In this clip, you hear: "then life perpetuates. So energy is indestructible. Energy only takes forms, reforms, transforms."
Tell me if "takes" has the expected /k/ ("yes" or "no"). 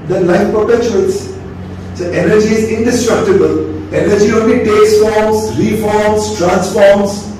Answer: no